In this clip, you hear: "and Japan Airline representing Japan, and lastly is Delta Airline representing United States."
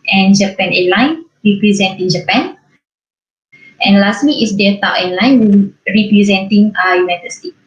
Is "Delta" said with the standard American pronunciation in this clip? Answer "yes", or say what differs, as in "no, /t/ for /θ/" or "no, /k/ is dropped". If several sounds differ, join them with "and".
no, /l/ is dropped